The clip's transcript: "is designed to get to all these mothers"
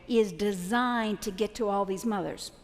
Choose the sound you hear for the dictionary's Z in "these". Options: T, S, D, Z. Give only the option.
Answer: Z